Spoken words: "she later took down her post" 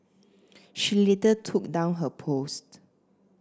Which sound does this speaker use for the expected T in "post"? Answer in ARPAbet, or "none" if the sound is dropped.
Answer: T